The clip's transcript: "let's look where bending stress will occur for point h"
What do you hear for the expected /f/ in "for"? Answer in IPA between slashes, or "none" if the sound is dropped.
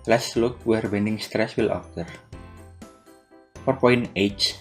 /p/